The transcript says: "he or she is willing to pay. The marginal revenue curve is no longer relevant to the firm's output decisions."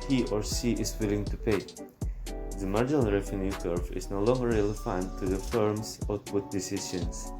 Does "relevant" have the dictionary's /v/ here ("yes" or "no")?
no